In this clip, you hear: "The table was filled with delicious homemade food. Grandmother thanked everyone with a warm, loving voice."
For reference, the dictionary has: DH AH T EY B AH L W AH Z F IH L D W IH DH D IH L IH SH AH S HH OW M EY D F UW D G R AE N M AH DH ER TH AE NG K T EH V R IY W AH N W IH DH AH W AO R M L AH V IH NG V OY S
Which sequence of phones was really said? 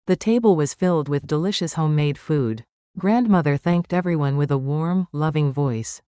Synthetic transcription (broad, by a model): DH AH T EY B AH L W AH Z F IH L D W IH DH D IH L IH SH AH S HH OW M EY D F UW D G R AE N M AH DH ER TH AE NG K T EH V R IY W AH N W IH DH AH W AO R M L AH V IH NG V OY S